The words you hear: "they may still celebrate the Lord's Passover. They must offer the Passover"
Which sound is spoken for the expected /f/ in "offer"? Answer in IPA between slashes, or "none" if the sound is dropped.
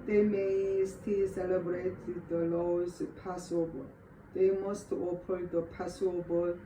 /p/